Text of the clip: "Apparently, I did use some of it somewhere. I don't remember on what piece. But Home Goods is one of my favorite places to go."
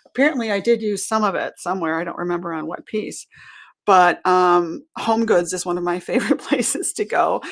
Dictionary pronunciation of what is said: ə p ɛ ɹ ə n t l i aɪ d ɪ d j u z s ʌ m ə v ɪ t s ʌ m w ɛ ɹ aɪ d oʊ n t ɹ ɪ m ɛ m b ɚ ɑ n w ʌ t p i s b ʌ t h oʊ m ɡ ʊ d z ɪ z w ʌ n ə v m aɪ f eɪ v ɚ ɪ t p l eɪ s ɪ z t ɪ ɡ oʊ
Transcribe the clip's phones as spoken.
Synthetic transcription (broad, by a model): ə p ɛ ɹ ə n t l i aɪ d ɪ d j u z s ʌ m ə v ɪ t s ʌ m w ɛ ɹ aɪ d oʊ n t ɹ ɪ m ɛ m b ɚ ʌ n w ʌ t p i s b ʌ t h oʊ m ɡ ʊ d z ɪ z w ʌ n ə v m aɪ f eɪ v ɚ ɪ t p l eɪ s ɪ z t ɪ ɡ oʊ